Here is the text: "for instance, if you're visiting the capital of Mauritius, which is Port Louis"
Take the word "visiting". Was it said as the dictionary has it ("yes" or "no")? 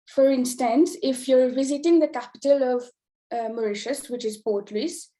yes